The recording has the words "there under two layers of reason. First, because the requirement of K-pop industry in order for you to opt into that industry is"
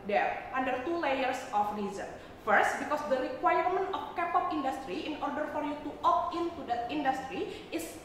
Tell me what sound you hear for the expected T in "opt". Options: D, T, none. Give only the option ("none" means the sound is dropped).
none